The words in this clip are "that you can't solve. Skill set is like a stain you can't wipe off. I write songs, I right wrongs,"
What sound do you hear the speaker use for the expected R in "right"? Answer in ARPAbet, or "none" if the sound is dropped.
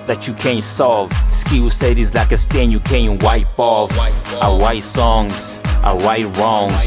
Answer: W